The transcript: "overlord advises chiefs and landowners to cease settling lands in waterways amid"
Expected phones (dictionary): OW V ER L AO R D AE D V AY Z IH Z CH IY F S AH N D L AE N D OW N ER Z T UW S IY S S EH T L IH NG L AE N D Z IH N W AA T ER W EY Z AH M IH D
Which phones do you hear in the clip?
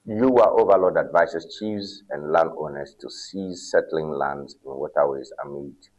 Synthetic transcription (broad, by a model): OW V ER L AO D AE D V AY S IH S CH IY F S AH N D L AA N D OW N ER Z T UW S IY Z S EH T L IH NG L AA N D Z IH N W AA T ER W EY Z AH M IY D